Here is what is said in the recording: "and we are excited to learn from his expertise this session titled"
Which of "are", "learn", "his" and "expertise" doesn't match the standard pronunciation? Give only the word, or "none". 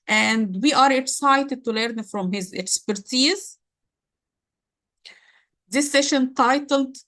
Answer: none